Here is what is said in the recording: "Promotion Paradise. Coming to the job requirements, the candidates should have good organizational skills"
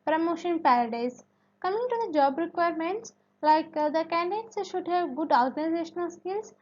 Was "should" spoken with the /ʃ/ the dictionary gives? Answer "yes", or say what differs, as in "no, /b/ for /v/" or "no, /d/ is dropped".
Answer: yes